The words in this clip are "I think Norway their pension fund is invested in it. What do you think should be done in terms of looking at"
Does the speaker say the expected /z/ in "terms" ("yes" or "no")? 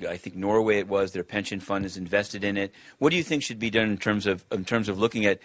yes